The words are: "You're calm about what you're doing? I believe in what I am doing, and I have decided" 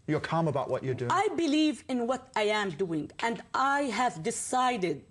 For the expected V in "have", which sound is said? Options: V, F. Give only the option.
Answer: V